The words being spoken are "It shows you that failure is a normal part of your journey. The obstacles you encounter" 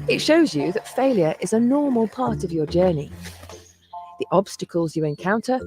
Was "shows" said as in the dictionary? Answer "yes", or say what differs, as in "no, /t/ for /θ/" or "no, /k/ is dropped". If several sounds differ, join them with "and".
yes